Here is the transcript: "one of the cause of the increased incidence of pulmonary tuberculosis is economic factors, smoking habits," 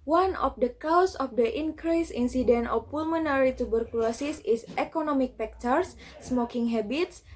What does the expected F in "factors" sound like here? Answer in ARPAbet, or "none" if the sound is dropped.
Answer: P